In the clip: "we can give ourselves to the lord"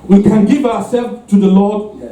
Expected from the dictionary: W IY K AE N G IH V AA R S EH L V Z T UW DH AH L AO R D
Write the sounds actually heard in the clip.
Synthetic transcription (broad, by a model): W IY K AE N G IH V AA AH S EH L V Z T UW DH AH L AO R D